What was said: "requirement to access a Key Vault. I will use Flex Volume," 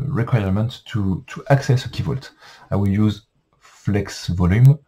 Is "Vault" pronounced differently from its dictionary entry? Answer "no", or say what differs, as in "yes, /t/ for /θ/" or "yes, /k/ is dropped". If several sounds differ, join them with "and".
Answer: no